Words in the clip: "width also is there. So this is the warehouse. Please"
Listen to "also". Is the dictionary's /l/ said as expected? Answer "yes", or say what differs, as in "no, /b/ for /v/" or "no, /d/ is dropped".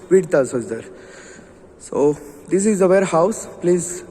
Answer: no, /l/ is dropped